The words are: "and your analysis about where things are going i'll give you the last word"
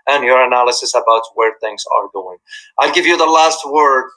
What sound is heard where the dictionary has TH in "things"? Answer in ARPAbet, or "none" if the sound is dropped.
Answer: TH